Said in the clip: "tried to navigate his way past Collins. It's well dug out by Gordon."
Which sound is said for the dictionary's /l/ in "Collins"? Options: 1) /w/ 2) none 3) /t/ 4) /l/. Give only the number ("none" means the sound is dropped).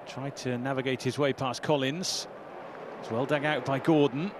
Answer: 4